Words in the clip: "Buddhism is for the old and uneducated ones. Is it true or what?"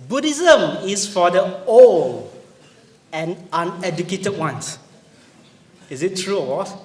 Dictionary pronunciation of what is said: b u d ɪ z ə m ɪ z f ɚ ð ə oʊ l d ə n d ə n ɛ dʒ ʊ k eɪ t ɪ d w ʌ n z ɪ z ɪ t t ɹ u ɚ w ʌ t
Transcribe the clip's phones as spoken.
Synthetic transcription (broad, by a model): b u d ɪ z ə m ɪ s f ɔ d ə oʊ l ə n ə n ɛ dʒ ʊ k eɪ t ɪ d w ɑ n s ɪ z ɪ t t ɹ u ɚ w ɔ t